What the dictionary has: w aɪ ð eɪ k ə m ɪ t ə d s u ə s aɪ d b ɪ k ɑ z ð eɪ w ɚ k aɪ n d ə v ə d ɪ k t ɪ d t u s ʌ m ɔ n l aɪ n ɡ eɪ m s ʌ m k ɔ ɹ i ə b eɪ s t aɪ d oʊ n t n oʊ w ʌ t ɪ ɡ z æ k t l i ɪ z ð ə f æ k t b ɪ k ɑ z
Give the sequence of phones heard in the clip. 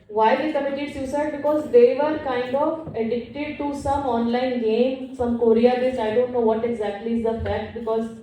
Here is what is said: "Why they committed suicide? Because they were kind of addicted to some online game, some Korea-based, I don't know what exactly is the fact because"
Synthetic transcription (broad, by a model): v aɪ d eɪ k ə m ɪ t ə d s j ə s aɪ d b ɪ k ɑ z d eɪ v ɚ k aɪ n d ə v ə d ɪ k t ɪ d t u s ʌ m ɔ n l aɪ n ɡ eɪ m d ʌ m k ɔ ɹ i ə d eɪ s aɪ d oʊ n t n oʊ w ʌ t ɪ ɡ z æ k t l i ɪ z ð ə f æ k t b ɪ k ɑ z